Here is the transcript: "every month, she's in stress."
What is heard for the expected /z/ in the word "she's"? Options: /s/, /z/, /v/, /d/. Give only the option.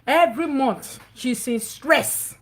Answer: /s/